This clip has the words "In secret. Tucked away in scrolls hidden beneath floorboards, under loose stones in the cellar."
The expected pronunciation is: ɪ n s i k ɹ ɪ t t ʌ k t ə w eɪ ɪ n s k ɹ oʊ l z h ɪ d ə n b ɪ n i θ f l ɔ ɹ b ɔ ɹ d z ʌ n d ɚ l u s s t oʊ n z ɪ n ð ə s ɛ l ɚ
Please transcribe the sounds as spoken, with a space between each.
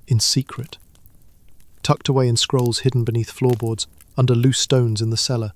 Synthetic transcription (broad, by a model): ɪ n s i k ɹ ɪ t t ʌ k t ə w eɪ ɪ n s k ɹ oʊ l z h ɪ d n b ɪ n i θ f l ɔ ɹ b ɔ ɹ d z ʌ n d ɚ l u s s t oʊ n z ɪ n ð ə s ɛ l ɚ